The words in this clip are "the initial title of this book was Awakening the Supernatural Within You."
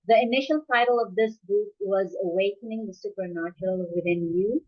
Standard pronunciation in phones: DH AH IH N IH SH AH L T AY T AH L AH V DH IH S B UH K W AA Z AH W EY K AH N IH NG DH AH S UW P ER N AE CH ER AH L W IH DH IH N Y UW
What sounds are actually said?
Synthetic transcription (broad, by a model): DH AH IH N IH SH AH L T AY T AH L AH V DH IH S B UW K W AA Z AH W EY K AH N IH NG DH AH S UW P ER N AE CH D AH L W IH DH IH N Y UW